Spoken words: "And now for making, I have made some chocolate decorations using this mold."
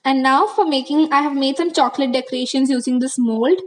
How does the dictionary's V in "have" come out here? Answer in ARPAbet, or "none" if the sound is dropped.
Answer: V